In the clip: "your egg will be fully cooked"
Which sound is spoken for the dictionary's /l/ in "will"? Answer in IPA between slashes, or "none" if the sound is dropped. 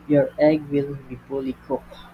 /l/